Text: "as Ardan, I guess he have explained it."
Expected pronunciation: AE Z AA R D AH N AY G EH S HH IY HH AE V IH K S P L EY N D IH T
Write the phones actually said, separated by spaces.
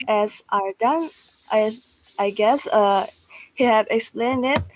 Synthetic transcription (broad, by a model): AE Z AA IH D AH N AY G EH S HH IY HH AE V IH K S P L EY N D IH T